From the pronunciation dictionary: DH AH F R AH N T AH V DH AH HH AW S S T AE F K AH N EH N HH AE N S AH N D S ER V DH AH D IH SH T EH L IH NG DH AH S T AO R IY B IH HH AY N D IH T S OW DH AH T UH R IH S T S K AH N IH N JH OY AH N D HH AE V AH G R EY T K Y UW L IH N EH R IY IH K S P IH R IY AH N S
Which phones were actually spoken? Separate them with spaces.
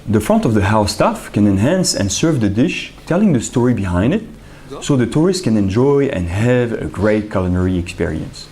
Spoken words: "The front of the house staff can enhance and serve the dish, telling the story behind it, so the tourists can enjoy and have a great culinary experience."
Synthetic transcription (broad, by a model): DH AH F R AH N T AH V DH AH HH AW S S T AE F K AH N EH N HH AE N S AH N S ER V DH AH D IH SH T EH L IH NG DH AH S T AO R IY B IH HH AY N D IH T S OW DH AH T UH R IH S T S K AH N IH N JH OY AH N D HH AE V AH G R EY T K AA L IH N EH R IY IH K S P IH R IY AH N S